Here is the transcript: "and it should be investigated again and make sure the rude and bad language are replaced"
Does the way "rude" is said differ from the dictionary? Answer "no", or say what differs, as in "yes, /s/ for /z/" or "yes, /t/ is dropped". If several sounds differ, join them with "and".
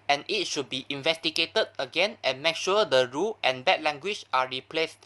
yes, /d/ is dropped